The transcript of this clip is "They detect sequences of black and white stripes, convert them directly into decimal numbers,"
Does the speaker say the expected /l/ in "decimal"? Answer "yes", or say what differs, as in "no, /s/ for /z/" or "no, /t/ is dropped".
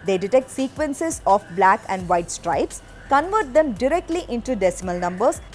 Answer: yes